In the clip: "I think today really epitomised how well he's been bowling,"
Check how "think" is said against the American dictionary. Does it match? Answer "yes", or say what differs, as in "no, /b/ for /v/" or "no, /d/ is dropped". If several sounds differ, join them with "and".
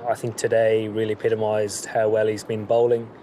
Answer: yes